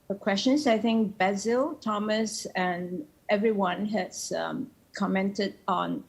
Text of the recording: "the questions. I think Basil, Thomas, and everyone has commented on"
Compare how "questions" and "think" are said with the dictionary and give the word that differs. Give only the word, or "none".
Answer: questions